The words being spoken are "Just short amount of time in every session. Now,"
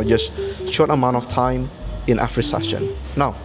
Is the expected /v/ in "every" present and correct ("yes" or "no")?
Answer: no